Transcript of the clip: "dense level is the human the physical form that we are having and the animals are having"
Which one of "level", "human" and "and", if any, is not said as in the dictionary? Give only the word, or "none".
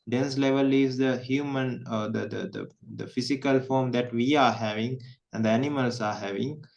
none